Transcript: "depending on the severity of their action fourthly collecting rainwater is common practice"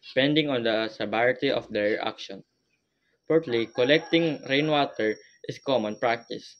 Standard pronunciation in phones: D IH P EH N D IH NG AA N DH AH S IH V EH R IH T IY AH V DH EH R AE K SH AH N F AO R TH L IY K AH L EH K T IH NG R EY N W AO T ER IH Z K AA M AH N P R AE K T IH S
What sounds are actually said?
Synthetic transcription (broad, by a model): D P EH N D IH NG AA N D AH S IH B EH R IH T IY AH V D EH R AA K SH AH N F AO R T L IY K AH L EH K T IH NG R EY N W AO T ER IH S K AA M AH N P R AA K T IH S